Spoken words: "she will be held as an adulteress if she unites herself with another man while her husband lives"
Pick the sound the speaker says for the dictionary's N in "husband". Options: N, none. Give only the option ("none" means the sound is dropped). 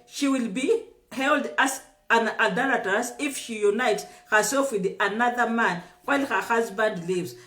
N